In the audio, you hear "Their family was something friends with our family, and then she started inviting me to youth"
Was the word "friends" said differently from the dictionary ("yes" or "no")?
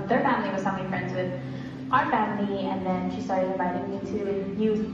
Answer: no